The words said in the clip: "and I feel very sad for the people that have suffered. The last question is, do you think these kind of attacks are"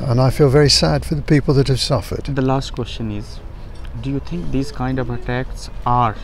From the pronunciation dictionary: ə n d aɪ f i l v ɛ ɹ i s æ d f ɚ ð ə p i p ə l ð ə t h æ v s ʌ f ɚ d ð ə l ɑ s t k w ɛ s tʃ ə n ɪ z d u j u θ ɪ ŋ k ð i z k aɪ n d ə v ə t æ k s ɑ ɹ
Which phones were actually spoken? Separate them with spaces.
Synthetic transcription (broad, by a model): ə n aɪ f i l v ɛ ɹ i s æ d f ɚ ð ə p i p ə l ð ə t h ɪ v s ʌ f ɚ d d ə l ɑ s t k w ɛ s tʃ ə n ɪ z d u j u t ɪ ŋ k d i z k aɪ n d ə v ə t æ k s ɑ ɹ